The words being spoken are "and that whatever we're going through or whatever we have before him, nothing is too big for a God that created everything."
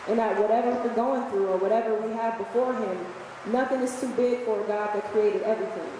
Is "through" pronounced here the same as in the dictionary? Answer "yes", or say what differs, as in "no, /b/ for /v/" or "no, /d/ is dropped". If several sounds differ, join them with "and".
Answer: yes